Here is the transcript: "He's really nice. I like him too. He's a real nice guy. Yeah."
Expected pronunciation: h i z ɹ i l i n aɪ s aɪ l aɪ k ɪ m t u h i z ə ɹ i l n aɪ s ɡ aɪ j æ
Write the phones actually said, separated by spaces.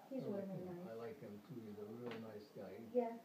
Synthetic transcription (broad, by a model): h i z w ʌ n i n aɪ aɪ l aɪ k ɪ m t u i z ə ɹ i l n aɪ s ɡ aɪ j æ